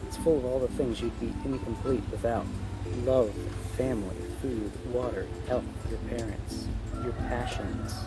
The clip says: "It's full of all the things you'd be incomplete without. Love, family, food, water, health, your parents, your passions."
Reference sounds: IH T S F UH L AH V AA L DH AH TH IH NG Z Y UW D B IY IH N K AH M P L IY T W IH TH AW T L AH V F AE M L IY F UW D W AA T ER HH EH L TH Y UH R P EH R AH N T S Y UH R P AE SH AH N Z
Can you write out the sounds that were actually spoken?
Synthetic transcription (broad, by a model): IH T S F UH L AH V AA L DH AH TH IH NG Z Y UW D B IY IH N K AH M P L IY T W IH TH AW T L AH V F AE M L IY F UW D W AA T ER HH EH L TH Y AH R P EH R AH N T S Y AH R P AE SH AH N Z